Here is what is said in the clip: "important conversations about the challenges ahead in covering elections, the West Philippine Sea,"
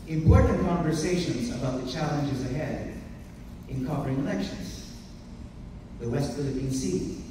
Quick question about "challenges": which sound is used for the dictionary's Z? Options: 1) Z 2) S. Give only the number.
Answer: 1